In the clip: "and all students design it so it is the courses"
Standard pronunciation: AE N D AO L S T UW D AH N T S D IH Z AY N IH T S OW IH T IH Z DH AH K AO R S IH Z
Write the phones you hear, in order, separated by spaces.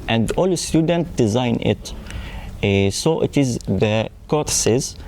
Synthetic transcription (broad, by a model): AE N D AO L S T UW D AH N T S D IH Z AY N IH T S OW IH T IH Z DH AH K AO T S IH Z